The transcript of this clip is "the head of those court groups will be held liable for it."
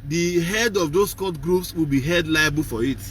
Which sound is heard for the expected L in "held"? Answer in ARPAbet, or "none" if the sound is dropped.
none